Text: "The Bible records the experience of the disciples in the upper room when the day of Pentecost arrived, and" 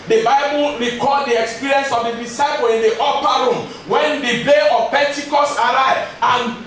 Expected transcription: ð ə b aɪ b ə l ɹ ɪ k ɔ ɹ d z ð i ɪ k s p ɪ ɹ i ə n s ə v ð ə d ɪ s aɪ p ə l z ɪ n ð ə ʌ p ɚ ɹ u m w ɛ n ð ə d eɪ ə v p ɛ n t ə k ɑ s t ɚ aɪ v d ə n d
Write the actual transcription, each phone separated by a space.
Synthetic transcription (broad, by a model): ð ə b aɪ b ə l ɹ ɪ k ɔ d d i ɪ k s p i ɹ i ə n s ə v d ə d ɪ s aɪ p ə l ɪ n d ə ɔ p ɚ ɹ u m w ɛ n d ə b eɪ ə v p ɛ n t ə k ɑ s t aɪ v ə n